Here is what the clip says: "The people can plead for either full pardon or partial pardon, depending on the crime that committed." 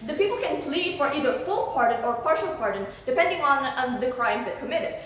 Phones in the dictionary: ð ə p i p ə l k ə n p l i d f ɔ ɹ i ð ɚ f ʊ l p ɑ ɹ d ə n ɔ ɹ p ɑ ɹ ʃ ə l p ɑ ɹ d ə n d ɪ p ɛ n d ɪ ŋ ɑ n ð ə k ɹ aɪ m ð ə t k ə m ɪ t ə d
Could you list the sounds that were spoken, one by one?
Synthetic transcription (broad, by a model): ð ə p i p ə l k ə n p l i d f ɔ ɹ i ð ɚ f ʊ l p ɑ ɹ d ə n ɔ ɹ p ɑ ɹ ʃ ə l p ɑ ɹ d ə n d ɪ p ɛ n d ɪ ŋ ɑ n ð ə k ɹ aɪ m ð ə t k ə m ɪ t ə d